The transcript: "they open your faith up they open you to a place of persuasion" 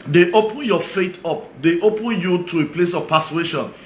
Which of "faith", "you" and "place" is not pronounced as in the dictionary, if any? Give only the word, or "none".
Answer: faith